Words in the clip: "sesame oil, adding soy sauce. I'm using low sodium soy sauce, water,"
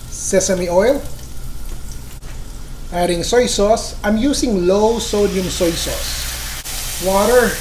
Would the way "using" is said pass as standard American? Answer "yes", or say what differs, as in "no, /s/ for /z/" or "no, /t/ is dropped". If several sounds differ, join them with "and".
no, /s/ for /z/